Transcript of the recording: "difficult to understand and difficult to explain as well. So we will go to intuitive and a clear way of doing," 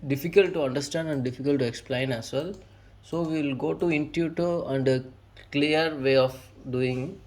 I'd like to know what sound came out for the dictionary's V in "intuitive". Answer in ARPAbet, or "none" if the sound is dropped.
none